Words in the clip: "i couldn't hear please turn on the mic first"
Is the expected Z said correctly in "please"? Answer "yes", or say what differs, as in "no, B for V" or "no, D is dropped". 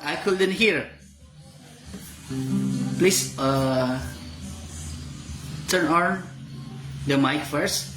no, S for Z